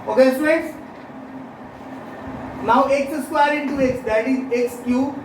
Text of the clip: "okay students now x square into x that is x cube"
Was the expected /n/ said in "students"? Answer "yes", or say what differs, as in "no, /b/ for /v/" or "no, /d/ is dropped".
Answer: no, /n/ is dropped